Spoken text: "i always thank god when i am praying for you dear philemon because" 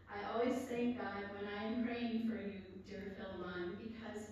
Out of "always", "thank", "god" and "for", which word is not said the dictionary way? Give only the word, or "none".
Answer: none